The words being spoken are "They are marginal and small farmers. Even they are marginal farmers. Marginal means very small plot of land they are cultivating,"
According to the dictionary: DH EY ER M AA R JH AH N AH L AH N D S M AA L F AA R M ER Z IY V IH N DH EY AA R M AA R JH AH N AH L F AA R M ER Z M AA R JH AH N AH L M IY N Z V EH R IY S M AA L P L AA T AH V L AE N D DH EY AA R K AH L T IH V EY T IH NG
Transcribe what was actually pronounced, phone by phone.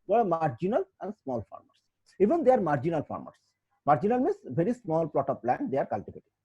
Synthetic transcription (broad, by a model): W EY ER M AA R JH AH N AH L AH N D S M AA L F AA R M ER S IY V IH N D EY AA R M AA R JH AH N AH L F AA R M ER S M AA R JH AH N AH L M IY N S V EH R IY S M AA L P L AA T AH P L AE N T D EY AA R K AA L T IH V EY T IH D